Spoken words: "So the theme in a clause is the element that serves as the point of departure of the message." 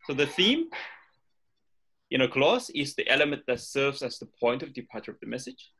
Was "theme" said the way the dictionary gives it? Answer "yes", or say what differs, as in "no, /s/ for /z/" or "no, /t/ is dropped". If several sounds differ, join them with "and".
yes